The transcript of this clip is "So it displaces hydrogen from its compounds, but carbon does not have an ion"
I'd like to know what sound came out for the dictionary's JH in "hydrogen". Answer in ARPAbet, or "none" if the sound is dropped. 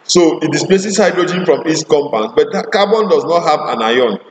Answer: JH